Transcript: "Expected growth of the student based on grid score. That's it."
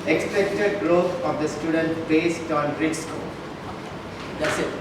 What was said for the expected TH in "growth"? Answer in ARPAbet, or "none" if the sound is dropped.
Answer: T